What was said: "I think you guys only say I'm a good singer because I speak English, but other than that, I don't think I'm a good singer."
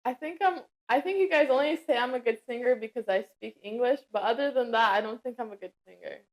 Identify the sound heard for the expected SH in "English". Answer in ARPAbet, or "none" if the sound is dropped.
SH